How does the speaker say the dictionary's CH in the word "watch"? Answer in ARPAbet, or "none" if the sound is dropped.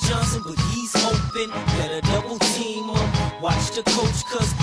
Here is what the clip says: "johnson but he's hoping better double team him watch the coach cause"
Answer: CH